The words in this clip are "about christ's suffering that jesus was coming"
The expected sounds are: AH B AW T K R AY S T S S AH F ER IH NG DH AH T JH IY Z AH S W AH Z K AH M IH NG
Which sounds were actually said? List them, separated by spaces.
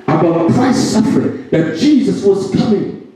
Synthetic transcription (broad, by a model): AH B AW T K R AY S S S AH F ER IH NG DH AH T JH IY Z AH S W AH Z K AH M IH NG